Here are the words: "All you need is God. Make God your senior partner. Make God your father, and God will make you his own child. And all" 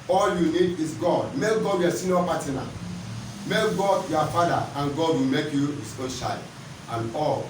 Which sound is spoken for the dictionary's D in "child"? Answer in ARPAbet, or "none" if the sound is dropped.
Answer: none